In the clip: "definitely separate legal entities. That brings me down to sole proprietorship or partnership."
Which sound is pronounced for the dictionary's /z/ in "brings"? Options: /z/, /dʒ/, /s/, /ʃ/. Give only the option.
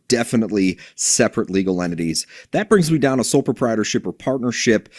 /z/